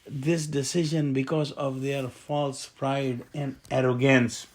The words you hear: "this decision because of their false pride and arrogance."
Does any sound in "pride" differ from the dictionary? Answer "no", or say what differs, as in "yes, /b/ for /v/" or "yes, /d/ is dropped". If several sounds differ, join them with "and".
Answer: no